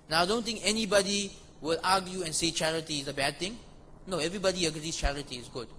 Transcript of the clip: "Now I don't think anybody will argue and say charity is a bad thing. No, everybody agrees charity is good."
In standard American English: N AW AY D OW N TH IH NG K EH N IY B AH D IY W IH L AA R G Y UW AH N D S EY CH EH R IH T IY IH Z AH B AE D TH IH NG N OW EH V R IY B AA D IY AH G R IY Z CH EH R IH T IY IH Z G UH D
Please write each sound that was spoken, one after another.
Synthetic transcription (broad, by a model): N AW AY D OW N T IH NG K EH N IY B AH D IY W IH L AA G Y UW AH N S EY CH EH R IH T IY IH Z AH B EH D T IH NG N OW EH V R IY B AA D IY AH G R IY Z CH EH R IH T IY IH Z G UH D